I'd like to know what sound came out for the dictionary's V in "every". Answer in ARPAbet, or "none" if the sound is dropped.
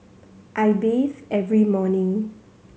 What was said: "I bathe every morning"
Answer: V